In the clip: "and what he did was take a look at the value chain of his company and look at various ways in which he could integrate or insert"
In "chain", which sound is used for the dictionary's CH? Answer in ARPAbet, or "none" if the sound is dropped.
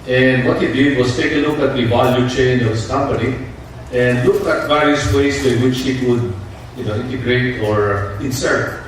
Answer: CH